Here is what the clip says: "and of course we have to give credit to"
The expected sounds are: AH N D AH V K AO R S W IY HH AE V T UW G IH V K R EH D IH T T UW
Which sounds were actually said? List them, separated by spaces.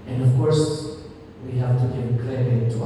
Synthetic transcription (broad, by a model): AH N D AH V K AO R S W IY HH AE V T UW G IH V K L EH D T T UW